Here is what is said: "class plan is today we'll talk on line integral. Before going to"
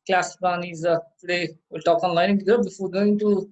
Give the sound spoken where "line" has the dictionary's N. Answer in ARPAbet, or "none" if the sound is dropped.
none